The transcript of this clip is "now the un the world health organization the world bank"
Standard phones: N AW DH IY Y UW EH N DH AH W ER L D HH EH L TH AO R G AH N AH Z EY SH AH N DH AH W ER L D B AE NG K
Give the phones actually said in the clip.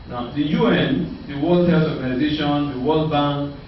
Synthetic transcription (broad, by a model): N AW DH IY Y UW EH N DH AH W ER L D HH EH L S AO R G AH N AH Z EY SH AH N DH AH W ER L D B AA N